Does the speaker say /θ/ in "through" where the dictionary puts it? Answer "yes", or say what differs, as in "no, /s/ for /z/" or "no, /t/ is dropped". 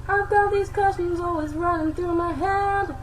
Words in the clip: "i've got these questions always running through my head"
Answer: yes